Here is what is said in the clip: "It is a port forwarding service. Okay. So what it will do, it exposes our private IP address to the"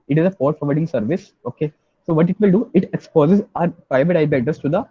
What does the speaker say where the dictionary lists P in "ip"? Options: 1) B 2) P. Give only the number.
1